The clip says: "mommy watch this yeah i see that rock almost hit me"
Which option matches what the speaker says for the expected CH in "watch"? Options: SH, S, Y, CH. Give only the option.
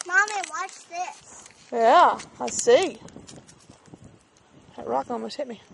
CH